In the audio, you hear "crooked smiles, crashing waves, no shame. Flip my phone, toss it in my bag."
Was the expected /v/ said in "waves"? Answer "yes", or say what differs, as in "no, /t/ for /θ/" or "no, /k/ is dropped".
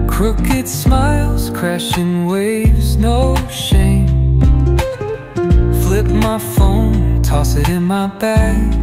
yes